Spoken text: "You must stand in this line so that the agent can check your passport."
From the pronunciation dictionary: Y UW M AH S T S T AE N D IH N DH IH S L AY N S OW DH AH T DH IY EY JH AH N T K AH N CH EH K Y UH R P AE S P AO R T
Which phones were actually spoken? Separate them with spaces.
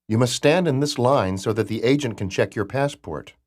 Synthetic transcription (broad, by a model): Y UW M AH S T S T AE N D IH N DH IH S L AY N S OW DH AH T DH IY EY JH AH N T K AH N CH EH K Y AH R P AE S P AO R T